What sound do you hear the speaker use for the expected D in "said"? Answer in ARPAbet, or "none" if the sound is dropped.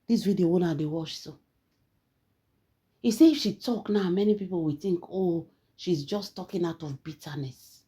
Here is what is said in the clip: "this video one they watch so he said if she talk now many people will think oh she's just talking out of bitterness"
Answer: none